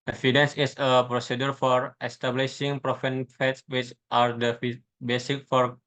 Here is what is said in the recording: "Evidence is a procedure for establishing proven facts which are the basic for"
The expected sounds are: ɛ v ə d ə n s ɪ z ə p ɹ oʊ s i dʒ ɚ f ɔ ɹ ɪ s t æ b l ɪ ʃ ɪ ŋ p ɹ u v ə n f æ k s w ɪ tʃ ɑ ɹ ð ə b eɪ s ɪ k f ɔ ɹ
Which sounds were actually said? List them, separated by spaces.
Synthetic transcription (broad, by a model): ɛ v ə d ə n s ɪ s ə p ɹ oʊ s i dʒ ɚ f ɔ ɹ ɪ s t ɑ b l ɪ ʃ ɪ ŋ p ɹ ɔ f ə n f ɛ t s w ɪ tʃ ɑ ɹ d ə b eɪ s ɪ k f ɔ ɹ